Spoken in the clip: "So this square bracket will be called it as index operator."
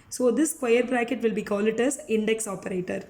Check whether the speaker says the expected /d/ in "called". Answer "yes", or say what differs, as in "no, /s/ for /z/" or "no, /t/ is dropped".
no, /d/ is dropped